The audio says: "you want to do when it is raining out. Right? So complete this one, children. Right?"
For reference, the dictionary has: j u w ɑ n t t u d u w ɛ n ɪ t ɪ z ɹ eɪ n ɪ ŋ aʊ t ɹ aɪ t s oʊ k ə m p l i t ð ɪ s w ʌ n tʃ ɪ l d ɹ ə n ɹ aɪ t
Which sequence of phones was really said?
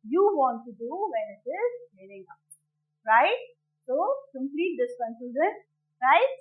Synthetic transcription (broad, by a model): j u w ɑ n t t u d u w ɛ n ɪ t ɪ z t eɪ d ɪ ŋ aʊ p ɹ aɪ t s oʊ k ə m p l i t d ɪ s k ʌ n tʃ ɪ d ə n ɹ aɪ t